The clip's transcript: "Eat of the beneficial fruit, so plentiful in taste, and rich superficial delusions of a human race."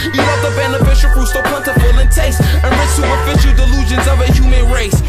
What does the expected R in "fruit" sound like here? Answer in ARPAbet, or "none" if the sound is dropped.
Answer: none